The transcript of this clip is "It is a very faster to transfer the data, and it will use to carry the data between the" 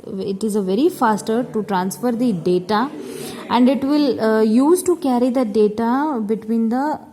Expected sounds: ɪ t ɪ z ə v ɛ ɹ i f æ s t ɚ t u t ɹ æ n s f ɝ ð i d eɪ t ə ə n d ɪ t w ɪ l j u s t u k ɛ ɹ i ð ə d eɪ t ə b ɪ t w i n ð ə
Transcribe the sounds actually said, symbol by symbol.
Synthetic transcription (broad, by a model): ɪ t ɪ z ə v ɛ ɹ i f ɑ s t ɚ t u t ɹ æ n s f ɝ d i d eɪ t ə ə n d ɪ t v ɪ l j u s t u k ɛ ɹ i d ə d eɪ t ə b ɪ t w i n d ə